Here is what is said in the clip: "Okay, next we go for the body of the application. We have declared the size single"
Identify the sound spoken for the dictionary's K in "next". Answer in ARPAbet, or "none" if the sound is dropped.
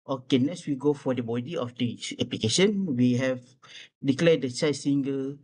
none